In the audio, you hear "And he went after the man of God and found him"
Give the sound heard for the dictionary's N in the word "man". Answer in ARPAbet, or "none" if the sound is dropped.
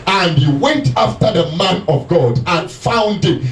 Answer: N